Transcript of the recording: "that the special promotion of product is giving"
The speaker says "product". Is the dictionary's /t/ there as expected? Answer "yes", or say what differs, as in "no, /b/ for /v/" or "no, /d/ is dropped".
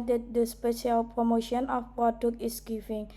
no, /t/ is dropped